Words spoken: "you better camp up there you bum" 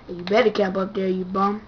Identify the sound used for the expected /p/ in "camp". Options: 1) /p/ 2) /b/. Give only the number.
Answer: 1